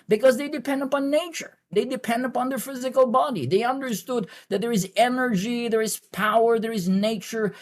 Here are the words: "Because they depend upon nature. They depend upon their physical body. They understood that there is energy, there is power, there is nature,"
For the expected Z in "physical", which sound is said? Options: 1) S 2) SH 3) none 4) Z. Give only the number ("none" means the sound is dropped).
4